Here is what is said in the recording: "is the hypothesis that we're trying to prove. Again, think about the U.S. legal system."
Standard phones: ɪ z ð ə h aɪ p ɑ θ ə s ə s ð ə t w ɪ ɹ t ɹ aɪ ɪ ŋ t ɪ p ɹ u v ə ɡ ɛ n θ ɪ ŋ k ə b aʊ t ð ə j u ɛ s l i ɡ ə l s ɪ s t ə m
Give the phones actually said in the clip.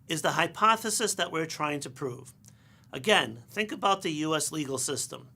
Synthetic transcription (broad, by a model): ɪ z ð ə h aɪ p ɑ θ ə s ə s ð ə t w ɪ ɹ t ɹ aɪ ɪ ŋ t ɪ p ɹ u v ə ɡ ɛ n θ ɪ ŋ k ə b aʊ t ð ə j u ɛ s l i ɡ l s ɪ s t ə m